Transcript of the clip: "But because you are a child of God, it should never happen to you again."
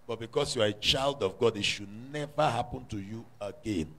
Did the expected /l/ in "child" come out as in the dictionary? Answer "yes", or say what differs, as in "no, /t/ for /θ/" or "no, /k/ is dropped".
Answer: yes